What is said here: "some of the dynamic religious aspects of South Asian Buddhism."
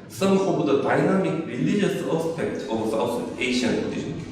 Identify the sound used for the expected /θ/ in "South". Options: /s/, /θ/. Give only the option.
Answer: /s/